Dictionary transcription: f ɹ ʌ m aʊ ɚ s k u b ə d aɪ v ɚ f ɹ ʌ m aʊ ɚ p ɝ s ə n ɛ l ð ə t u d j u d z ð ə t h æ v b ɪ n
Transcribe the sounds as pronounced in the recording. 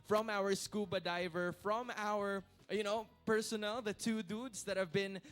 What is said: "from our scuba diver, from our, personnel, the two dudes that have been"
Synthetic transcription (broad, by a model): f ɹ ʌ m aʊ ɚ s k u b ə d aɪ v ɚ f ɹ ʌ m aʊ ɚ p ɝ s ə n ɛ l ð ə t u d u d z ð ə t h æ v b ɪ n